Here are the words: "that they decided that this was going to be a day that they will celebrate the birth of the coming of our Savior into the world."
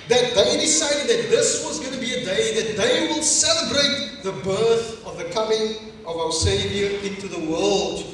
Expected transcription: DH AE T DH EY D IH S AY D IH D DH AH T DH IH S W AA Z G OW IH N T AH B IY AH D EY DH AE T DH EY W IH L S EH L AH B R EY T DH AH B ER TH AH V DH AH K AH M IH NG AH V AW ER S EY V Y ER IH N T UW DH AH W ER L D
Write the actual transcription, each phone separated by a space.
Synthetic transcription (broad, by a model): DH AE T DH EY D IH S AY D IH D DH AH T DH IH S W AA Z G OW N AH B IY AH D EY DH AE T DH EY W IH L S EH L AH B R EY T DH AH B ER TH AH V DH AH K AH M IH NG AH V AW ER S EY V Y ER IH N T UW DH AH W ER L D